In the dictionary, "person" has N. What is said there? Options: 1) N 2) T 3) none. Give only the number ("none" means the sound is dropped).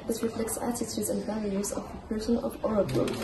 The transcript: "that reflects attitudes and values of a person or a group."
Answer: 1